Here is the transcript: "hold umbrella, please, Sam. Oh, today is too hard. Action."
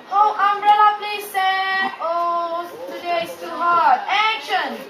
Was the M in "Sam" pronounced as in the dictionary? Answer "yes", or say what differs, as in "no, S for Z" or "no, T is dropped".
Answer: no, M is dropped